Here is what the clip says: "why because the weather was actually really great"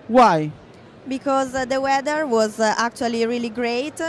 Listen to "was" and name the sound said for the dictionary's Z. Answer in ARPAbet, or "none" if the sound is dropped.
Z